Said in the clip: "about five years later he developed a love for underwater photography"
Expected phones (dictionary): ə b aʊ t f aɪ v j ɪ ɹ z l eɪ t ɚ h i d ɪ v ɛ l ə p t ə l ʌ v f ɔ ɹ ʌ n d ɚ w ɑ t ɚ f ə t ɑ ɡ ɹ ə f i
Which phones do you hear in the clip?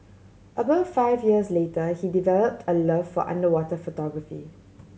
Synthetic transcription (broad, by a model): ə b aʊ t f aɪ v j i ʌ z l eɪ t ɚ h i d ɪ v ɛ l ə p t ə l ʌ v f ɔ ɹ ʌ n d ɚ w ɑ t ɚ f ə t ɑ ɡ ɹ ə f i